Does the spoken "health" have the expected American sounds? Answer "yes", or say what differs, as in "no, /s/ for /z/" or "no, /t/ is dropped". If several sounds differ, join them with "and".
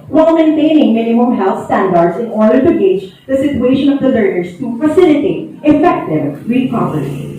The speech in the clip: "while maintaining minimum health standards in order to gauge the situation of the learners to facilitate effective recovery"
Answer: no, /t/ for /θ/